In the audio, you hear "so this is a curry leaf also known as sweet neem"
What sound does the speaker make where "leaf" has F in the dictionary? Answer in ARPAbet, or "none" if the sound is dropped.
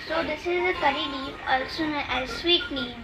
none